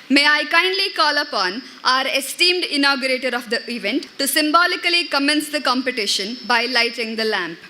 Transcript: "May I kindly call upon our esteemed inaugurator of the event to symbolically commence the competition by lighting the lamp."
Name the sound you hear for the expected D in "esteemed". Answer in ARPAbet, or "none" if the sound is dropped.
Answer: D